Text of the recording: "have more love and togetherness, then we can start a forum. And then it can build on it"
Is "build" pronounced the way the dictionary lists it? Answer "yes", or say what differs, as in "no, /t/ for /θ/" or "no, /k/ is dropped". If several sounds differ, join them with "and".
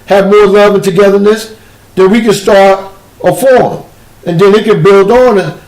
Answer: yes